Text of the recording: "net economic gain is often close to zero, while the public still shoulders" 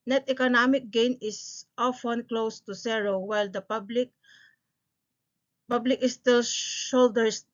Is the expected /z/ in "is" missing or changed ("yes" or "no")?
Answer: yes